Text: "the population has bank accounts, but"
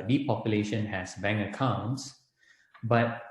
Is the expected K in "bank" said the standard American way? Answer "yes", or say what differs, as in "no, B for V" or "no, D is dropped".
no, K is dropped